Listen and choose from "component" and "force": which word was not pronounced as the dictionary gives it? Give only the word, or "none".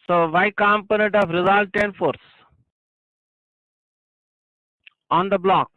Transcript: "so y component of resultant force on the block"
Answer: none